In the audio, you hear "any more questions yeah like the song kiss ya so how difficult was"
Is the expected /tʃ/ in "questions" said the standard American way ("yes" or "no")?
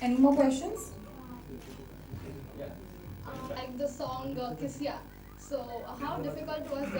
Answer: no